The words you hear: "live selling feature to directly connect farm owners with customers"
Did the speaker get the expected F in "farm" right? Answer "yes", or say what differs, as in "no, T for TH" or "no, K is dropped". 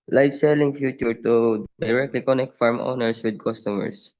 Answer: yes